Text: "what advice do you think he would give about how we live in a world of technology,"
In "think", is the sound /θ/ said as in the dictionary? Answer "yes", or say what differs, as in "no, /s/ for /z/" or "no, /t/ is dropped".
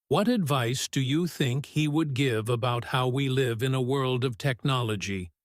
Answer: yes